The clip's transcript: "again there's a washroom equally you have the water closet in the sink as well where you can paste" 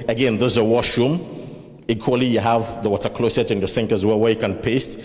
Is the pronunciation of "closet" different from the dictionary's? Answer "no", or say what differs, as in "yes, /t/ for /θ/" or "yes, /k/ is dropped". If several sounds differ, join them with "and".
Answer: yes, /s/ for /z/